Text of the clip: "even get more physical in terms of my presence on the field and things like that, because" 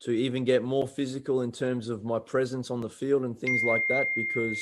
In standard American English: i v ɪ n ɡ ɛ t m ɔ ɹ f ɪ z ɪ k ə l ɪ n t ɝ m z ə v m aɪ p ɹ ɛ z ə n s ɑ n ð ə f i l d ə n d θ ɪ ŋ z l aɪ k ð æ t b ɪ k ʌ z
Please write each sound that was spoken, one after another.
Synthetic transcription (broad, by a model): i v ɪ n ɡ ɛ t m ɔ ɹ f ɪ z ɪ k ə l ɪ n t ɝ m z ə v m aɪ p ɹ ɛ z ə n s n ð ə f i l d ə n θ ɪ ŋ z l aɪ k ð æ t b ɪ k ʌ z